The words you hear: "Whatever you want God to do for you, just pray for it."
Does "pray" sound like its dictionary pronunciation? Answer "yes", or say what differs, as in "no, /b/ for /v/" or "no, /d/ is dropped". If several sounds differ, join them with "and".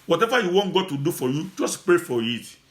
yes